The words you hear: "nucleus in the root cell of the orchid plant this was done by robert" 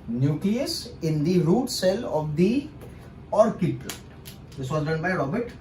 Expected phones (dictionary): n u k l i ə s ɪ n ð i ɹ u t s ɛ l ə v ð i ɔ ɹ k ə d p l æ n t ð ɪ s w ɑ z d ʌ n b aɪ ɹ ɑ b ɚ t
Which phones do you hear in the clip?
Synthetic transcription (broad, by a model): n u k l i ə s ɪ n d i ɹ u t s ɛ l ə v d i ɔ ɹ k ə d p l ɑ t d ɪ s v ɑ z d ʌ n b aɪ ɹ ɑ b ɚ t